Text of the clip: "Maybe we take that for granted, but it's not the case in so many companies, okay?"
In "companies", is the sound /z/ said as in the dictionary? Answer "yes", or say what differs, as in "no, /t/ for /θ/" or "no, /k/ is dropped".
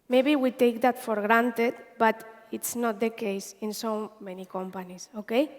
no, /s/ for /z/